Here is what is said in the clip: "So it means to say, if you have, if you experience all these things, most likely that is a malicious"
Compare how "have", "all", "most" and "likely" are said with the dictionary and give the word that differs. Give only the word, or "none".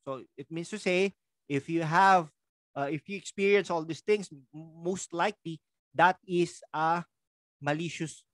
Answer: none